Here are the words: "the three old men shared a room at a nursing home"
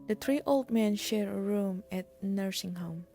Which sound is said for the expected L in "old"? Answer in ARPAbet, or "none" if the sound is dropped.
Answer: L